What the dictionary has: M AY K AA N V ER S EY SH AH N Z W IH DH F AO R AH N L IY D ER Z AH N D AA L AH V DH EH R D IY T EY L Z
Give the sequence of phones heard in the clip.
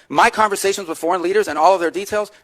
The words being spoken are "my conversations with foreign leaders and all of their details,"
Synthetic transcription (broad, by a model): M AY K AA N V ER S EY SH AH N Z W IH DH F AO R AH N L IY D ER Z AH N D AA L AH V DH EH R D IY T EY L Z